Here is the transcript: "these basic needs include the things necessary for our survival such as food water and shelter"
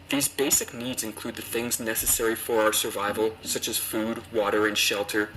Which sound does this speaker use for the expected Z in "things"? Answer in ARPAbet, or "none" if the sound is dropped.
Z